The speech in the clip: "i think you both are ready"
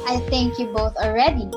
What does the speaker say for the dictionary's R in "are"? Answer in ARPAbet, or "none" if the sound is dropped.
L